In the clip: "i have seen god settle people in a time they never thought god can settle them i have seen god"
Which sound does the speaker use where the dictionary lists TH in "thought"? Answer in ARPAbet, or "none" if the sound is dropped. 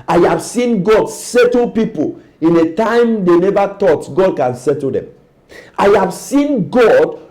T